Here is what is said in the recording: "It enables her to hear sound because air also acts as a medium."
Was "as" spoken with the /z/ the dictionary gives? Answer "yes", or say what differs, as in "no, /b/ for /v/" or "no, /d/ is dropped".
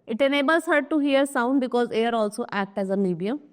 yes